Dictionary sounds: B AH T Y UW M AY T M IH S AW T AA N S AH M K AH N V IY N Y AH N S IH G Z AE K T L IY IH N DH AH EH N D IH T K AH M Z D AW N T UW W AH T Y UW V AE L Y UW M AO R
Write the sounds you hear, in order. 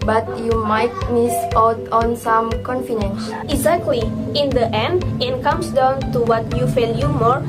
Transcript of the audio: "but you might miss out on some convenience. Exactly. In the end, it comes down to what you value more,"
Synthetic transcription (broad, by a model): B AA T Y UW M AY T M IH S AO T AA N S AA M K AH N F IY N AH N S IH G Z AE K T L IY IH N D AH EH N D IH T K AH M S D AW N T UW W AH T Y UW F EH L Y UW M AO R